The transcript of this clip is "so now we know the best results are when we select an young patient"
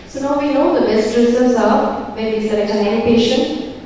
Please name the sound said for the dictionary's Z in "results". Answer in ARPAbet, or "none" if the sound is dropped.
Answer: S